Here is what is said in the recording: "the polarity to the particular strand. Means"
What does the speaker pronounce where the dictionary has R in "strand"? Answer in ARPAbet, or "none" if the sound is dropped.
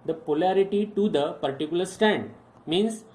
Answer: none